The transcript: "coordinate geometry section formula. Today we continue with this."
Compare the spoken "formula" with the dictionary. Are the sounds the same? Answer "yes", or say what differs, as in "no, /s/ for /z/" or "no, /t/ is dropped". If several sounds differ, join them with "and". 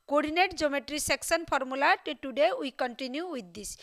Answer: no, /p/ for /f/